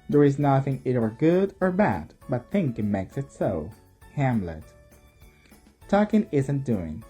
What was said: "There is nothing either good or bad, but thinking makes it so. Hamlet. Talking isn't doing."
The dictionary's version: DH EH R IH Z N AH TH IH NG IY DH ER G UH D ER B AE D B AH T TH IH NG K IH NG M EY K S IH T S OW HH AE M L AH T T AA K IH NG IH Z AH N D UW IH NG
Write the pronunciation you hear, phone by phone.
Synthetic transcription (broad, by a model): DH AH R IH Z N AH TH IH NG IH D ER G UH D ER B AE D B AH T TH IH NG K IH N M EY K S IH T S OW HH AE M L AH T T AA K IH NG IH Z AH N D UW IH NG